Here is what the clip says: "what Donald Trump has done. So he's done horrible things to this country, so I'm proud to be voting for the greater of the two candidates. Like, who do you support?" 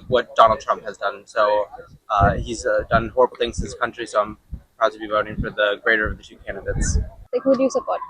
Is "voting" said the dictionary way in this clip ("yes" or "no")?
yes